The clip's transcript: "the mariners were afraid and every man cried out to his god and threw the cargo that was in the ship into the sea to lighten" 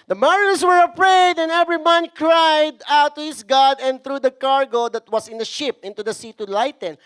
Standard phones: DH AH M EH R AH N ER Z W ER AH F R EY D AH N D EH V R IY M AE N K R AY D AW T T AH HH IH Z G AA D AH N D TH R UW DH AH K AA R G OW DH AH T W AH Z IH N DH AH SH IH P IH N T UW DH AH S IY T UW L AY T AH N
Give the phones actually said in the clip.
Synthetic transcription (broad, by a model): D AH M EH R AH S W ER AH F R EY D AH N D EH V R IY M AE N K R AY D AW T T AH HH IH S G AA D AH N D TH R UW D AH K AA R G OW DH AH T W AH S IH N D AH SH IH P IH N T UW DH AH S IY T UW L AY T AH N